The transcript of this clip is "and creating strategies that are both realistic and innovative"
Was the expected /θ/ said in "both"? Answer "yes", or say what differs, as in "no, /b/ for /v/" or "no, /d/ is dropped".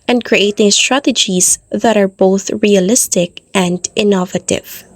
yes